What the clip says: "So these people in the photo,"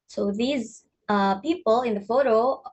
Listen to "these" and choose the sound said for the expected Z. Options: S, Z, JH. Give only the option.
Z